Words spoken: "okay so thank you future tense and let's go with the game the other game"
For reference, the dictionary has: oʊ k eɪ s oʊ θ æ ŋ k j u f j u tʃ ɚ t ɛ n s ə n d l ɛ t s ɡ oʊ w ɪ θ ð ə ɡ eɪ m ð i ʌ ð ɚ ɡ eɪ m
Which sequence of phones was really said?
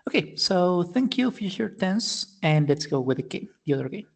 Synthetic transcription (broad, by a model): oʊ k eɪ s oʊ θ æ ŋ k j u f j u ʃ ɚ t ɛ n s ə n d l ɛ t s ɡ oʊ w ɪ ð ə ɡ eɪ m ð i ʌ ð ɚ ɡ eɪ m